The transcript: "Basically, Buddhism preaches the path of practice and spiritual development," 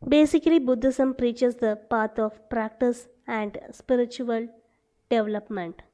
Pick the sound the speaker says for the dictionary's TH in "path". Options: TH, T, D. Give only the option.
T